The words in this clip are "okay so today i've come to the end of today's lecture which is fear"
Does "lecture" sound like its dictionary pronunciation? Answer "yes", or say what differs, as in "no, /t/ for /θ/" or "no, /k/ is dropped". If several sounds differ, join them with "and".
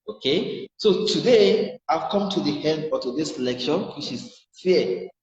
no, /ʃ/ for /tʃ/